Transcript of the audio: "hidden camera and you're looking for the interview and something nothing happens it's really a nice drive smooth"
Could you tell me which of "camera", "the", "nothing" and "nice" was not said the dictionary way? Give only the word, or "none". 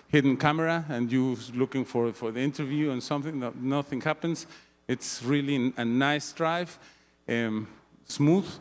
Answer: none